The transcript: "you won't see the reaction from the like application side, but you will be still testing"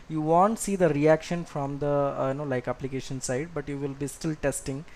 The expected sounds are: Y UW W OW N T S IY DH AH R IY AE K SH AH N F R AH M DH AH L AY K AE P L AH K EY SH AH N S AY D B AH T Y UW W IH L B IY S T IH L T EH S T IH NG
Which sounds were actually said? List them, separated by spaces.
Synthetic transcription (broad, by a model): Y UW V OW N T S IY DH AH R IY AE K SH AH N F R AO M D AH L AY K AE P L AH K EY SH AH N S AY D B AH T Y UW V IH L B IY S T IH L T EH S T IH NG